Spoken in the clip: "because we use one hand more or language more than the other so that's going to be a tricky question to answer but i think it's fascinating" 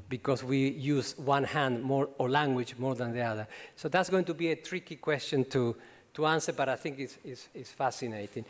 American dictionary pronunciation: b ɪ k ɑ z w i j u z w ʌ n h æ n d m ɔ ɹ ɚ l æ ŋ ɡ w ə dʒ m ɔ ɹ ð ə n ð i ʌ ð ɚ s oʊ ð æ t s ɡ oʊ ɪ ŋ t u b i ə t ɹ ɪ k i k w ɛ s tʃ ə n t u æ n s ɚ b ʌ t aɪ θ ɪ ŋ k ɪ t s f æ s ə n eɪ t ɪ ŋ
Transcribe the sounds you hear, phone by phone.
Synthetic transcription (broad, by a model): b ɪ k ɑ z w i j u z w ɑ n h æ n d m ɔ ɹ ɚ l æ ŋ ɡ w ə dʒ m ɔ ɹ ð ə n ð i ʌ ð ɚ s oʊ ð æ t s ɡ oʊ ɪ ŋ t u b i ə t ɹ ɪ k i k w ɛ s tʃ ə n t u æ n s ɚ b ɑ t aɪ θ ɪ ŋ k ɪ s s f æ s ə n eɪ t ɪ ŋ